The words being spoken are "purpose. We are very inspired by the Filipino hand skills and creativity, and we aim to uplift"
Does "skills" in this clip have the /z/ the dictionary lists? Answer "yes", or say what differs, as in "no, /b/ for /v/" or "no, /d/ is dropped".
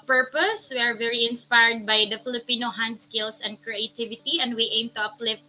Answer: no, /s/ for /z/